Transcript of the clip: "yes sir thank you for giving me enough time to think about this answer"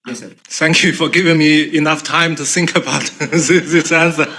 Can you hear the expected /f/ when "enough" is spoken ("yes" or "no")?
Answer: yes